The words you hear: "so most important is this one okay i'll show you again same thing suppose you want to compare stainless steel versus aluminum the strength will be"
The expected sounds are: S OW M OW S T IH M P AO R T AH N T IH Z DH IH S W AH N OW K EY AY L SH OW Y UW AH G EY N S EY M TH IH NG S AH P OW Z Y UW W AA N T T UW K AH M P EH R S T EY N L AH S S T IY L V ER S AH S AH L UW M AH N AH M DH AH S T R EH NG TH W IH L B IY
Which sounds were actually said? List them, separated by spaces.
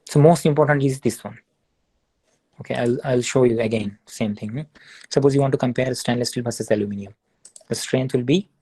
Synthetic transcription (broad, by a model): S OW M OW S T IH M P AO R T AH N T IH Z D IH S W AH N OW K EY AY L SH OW Y UW AH G EY N S EY M T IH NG S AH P OW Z Y UW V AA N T T UW K AH M P EH R S T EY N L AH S S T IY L B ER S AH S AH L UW M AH N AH M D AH S T R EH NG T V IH L B IY